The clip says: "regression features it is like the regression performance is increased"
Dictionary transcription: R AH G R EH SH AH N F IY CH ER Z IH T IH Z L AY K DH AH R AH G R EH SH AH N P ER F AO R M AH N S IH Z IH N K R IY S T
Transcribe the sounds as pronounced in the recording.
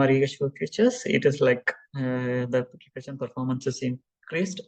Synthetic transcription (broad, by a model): R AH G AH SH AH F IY CH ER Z IH T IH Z L AY K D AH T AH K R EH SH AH N P ER F AO R M AH N S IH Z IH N K R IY S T